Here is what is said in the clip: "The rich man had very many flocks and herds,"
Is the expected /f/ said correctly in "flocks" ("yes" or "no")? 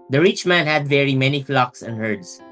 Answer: yes